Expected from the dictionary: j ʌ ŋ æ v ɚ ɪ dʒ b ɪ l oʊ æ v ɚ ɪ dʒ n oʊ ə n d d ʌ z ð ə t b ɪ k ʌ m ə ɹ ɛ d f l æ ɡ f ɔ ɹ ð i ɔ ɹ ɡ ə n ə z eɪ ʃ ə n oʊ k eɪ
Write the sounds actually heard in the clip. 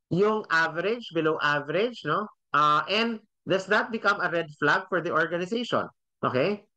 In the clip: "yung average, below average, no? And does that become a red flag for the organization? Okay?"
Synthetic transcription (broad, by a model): j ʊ ŋ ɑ v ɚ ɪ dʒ b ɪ l oʊ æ v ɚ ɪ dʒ n oʊ ə n d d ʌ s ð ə t b ɪ k ʌ m ə ɹ ɛ d f l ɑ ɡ f ɔ ɹ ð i ɔ ɹ ɡ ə n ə s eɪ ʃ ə n oʊ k eɪ